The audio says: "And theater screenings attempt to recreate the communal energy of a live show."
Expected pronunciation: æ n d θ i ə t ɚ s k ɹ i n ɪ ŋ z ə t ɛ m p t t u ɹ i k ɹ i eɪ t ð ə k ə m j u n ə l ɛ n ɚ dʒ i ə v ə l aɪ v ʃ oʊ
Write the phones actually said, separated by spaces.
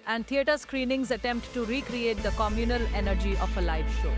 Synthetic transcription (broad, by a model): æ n d t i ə t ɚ s k ɹ i n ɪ ŋ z ə t ɛ m p t t u ɹ i k ɹ i eɪ t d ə k ə m j u n ə l ɛ n ɚ dʒ i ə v ə l aɪ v ʃ oʊ